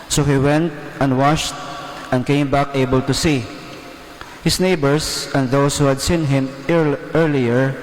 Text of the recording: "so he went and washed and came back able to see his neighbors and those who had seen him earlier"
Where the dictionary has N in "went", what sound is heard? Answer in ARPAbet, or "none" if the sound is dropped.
N